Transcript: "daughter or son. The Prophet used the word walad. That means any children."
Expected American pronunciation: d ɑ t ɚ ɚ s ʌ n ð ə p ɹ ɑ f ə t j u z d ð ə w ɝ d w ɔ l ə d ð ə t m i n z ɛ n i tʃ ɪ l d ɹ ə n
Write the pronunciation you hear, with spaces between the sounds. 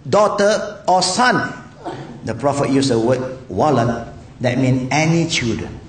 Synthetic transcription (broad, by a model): d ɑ t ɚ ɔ s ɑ n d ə p ɹ ɑ f ə t j u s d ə w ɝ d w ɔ l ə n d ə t m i n ɛ n i tʃ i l d ɹ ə n